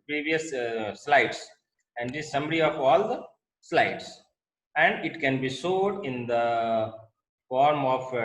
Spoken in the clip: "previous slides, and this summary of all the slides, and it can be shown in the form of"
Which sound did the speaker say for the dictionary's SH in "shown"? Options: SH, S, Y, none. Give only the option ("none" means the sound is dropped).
S